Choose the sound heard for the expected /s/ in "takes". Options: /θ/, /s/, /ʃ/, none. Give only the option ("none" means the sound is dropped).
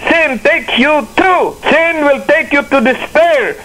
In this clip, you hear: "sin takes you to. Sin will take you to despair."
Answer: none